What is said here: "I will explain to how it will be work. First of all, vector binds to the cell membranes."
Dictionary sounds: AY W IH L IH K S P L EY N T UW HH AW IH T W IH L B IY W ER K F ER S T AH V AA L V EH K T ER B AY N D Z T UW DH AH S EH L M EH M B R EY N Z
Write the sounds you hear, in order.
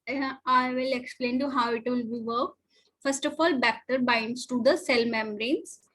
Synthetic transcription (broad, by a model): AY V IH L IH K S P L EY N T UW HH AW IH T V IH L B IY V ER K F ER S T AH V AA L B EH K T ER B AY N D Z T UW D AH S EH L M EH M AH R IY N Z